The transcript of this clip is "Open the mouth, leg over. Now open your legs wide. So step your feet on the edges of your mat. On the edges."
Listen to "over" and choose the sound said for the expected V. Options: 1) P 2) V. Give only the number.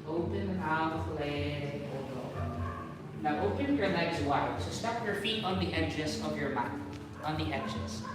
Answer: 1